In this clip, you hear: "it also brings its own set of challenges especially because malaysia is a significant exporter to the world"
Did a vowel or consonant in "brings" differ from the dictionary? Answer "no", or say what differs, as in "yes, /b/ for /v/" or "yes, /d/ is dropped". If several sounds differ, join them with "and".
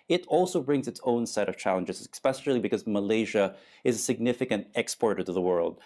no